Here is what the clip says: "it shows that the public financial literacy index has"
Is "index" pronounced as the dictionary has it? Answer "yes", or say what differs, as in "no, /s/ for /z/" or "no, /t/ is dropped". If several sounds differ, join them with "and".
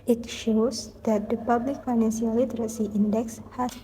yes